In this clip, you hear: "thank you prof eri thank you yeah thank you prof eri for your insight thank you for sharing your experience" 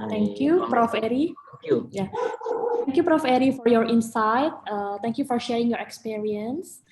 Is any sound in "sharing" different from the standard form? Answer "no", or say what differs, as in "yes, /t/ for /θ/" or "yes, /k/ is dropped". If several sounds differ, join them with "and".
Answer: no